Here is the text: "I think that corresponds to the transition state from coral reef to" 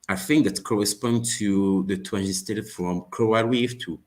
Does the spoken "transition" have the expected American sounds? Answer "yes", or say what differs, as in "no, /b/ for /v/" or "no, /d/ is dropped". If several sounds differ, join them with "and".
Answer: no, /w/ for /ɹ/